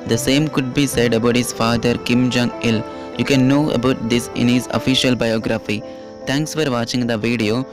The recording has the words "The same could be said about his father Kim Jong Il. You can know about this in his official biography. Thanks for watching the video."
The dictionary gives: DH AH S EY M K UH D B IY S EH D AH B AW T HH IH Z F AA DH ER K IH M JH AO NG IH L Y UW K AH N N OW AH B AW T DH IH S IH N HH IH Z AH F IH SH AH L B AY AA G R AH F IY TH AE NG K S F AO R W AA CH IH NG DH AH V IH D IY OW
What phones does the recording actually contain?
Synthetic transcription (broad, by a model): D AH S EY M K UH D B IY S EH D AH B AW T HH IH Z F AA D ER K IH M JH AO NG IH L Y UW K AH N N OW AH B AW T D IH S IH N HH IH Z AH F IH SH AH L B AY AA G R AH F IY T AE NG K S F AO R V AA CH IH NG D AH V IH D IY OW